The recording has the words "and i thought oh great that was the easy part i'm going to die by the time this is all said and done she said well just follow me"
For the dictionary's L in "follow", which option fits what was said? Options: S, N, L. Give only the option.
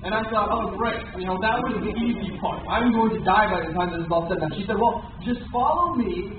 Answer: L